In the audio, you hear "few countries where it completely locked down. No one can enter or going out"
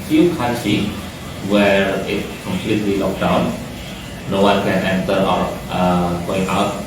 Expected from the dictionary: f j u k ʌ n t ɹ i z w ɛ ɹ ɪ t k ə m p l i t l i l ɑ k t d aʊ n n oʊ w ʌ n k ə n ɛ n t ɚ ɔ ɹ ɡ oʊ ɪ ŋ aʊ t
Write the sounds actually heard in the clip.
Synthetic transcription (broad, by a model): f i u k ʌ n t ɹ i w ɛ ɹ ɪ t k ə m p l i t l i l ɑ k d aʊ n n oʊ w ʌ n k ə n ɛ n t ɚ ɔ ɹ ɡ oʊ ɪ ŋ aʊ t